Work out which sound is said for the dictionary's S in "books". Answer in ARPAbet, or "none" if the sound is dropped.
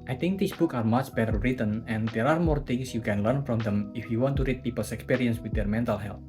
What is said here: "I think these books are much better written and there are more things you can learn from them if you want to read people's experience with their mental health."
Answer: none